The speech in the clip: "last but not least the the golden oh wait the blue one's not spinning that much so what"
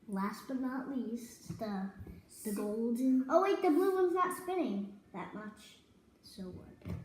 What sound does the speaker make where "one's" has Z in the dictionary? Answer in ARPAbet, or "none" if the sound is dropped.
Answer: Z